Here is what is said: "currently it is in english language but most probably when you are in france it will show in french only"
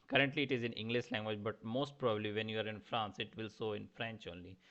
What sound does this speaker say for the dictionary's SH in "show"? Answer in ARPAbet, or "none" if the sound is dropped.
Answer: S